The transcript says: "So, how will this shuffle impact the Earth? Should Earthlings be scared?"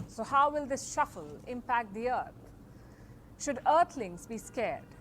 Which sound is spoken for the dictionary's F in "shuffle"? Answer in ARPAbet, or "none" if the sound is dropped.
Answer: F